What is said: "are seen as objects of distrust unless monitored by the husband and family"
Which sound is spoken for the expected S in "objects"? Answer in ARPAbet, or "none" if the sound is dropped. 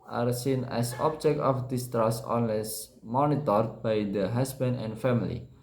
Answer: none